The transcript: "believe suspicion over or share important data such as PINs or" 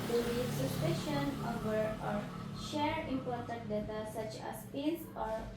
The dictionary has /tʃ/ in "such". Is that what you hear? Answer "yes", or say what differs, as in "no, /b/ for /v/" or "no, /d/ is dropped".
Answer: yes